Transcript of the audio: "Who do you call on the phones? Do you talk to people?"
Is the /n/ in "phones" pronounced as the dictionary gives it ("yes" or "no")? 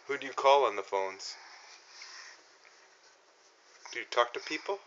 yes